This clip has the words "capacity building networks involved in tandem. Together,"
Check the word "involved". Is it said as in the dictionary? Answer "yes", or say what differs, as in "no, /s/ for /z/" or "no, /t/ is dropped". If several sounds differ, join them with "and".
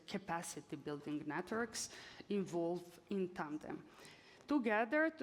no, /d/ is dropped